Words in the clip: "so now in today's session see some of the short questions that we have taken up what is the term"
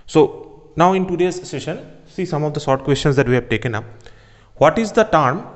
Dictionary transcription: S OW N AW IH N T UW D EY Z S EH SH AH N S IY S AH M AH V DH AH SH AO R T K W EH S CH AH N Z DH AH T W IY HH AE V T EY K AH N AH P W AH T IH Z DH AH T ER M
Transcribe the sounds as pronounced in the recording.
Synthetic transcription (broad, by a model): S OW N AW IH N T UW D EY Z S EH SH AH N S IY S AH M AH V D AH S AO R T K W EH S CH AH N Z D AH T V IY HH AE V T EY K AH N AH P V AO T IH Z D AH T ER M